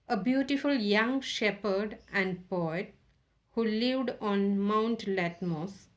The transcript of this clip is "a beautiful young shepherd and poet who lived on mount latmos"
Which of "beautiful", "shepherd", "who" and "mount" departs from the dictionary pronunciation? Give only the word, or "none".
none